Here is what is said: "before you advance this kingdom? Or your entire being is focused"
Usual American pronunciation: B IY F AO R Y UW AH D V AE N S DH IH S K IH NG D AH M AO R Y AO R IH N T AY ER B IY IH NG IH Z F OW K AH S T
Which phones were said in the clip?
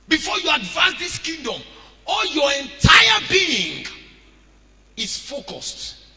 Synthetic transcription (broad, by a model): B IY F AO Y UW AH D V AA N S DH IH S K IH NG D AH M AO L Y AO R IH N T AY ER B IY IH NG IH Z F OW K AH S T